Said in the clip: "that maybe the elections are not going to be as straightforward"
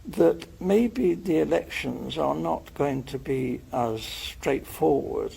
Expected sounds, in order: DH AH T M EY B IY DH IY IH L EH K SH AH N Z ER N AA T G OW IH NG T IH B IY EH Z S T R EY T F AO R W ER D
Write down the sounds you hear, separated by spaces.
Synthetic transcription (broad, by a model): DH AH T M EY B IY DH IY IH L EH K SH AH N Z ER N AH T G OW IH NG T IH B IY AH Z S T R EY T F AO R W ER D